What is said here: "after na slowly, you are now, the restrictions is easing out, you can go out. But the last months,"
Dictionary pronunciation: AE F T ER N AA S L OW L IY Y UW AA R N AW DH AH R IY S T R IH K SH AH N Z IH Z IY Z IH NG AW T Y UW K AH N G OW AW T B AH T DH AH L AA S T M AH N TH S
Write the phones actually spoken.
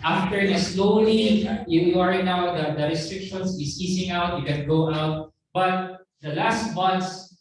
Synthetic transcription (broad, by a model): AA F T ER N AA S L OW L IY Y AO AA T N AW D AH R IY S T R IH K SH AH N S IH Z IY S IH NG AW T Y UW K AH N G OW AW T B AH T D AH L AA S T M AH N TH S